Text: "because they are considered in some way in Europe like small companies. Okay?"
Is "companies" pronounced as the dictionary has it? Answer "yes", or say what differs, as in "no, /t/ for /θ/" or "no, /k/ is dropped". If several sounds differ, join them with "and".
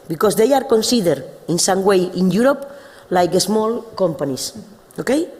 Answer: no, /s/ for /z/